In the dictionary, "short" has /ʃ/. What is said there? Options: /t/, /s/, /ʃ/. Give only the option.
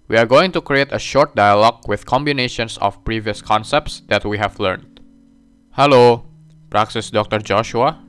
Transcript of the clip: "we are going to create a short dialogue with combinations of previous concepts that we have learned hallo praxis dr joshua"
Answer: /ʃ/